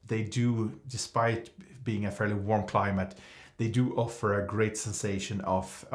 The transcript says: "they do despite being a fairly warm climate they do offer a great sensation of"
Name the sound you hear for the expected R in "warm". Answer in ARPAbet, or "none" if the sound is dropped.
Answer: R